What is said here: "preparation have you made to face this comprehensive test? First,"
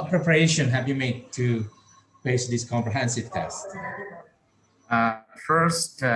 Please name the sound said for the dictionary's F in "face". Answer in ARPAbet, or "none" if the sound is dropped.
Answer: P